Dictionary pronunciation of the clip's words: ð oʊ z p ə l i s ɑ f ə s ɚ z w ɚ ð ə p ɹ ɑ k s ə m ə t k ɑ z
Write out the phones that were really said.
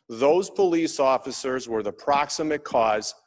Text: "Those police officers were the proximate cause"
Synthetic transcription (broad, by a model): ð oʊ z p ə l i s ɑ f ə s ɚ z w ɚ ð ə p ɹ ɑ k s ə m ə t k ɑ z